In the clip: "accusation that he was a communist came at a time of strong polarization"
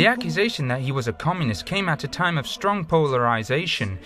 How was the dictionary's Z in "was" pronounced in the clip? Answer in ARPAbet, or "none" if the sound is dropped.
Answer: Z